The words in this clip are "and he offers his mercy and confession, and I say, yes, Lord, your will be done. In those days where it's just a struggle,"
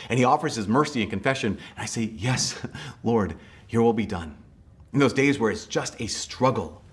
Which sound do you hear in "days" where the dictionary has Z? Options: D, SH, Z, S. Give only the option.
Z